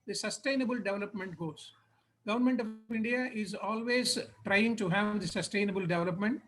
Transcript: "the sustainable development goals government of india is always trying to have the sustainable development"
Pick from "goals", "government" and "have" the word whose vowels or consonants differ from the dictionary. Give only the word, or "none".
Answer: goals